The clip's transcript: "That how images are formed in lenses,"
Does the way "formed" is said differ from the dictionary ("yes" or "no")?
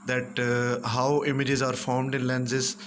no